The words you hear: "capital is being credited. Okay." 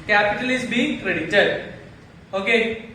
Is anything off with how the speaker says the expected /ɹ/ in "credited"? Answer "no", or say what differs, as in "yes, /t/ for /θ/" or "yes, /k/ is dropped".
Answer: no